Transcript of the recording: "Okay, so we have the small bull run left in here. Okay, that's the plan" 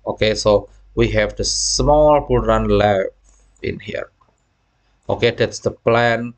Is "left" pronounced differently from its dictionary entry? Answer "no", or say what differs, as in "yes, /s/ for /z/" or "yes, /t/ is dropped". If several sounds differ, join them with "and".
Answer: yes, /t/ is dropped